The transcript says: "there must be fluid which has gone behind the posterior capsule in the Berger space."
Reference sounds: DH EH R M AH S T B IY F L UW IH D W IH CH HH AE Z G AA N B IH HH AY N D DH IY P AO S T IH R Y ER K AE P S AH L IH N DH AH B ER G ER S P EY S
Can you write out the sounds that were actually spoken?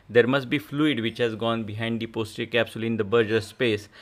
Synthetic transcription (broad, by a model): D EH R M AH S T B IY F L UW IH D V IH CH HH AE Z G AA N B IH HH AY N D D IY P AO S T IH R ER K AE P S AH L IH N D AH B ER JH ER S P EY S